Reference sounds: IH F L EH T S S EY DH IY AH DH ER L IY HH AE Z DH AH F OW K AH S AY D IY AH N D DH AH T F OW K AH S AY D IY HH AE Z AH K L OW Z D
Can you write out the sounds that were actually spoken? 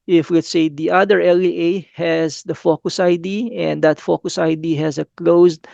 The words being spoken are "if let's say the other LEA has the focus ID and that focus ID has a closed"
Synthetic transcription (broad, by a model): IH F W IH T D S EY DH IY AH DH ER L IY HH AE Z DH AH F OW K AH S AY D IY AH N D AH T F OW K AH S AY D IY HH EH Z AH K L OW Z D